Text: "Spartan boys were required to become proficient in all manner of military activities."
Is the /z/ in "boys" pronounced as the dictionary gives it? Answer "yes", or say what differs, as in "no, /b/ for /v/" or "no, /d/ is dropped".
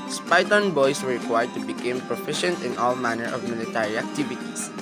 no, /s/ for /z/